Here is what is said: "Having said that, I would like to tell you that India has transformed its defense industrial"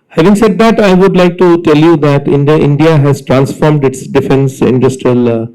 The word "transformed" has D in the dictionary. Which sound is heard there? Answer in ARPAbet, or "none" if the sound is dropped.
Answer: D